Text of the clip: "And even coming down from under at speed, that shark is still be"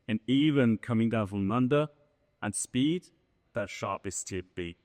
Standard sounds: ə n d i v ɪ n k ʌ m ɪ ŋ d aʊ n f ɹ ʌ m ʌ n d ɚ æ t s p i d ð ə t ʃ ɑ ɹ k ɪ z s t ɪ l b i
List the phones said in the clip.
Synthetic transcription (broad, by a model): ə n i v ɪ n k ʌ m ɪ ŋ d aʊ n f ɹ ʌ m ʌ n d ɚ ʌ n s p i d ð ə t ʃ ɑ ɹ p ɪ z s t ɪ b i